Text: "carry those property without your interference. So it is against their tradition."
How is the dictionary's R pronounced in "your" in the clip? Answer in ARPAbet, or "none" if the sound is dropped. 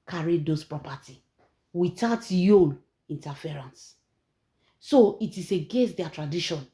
L